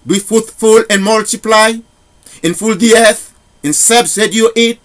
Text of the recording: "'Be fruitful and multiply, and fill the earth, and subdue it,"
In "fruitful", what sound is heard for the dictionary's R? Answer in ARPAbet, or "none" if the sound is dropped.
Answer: none